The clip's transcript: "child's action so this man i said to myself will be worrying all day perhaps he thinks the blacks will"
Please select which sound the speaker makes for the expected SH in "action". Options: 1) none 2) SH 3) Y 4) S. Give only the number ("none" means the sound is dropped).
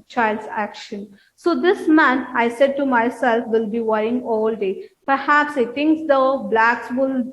2